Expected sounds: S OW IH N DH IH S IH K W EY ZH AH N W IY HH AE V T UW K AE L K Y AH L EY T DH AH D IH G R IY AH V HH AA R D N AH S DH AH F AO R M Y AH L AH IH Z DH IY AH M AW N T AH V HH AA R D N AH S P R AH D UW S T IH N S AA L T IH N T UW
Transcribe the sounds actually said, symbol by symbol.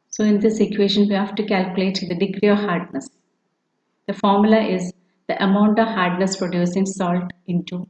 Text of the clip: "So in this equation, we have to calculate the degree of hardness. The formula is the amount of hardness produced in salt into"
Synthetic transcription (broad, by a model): S OW IH N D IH S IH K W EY SH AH N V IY HH AE V T UW K AE L K Y AH L EY T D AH D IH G R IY AH V HH AA R D N AH S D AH F AO R M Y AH L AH IH Z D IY AH M AW N T AH V HH AA R D N AH S P R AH D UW S IH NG S AA L T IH N T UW